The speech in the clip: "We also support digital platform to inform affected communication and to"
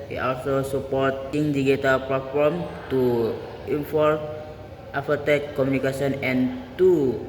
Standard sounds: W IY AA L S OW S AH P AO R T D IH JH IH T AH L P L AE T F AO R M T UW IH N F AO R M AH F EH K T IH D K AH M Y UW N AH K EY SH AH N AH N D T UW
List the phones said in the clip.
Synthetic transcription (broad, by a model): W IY AA L S OW S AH P AO R T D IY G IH T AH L P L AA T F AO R M T UW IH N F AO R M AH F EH T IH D K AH M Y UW N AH K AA S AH N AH N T UW